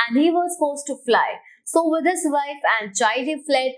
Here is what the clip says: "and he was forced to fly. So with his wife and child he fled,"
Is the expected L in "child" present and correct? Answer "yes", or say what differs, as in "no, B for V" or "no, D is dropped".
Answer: no, L is dropped